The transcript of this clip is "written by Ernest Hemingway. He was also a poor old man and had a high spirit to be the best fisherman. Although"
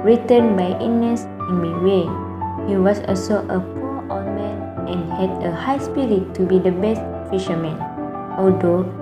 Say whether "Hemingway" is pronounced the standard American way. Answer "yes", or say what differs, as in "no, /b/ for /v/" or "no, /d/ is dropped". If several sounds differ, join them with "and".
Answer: no, /ŋ/ is dropped